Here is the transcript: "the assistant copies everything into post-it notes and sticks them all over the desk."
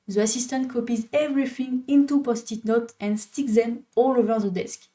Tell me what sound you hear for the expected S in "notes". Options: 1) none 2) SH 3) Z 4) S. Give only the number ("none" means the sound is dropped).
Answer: 1